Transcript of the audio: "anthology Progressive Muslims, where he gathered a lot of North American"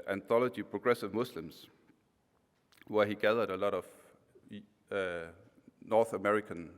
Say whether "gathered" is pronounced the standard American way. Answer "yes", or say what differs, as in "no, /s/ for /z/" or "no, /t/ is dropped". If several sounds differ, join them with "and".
yes